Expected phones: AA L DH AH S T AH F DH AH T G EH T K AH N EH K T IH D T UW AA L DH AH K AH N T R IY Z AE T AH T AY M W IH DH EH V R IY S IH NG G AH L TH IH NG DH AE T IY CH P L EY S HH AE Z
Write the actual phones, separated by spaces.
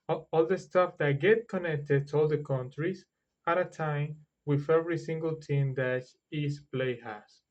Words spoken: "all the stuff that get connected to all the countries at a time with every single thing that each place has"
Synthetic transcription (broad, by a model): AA L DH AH S T AH F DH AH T G EH T K AH N EH K T IH D T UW AA L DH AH K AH N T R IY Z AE T AH T AY M W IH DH EH V R IY S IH NG G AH L T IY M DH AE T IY S P L EY HH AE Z